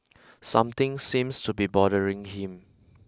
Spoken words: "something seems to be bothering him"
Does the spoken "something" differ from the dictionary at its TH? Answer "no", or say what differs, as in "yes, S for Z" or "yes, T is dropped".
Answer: yes, T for TH